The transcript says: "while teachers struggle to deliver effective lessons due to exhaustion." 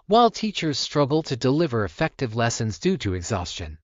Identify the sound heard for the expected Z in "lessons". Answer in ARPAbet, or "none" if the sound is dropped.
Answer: Z